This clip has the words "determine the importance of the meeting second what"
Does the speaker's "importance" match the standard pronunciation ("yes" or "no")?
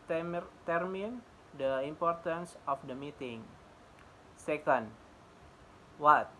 yes